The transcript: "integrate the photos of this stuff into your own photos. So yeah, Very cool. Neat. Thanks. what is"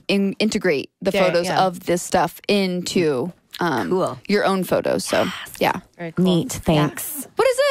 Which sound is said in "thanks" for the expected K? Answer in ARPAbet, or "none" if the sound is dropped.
K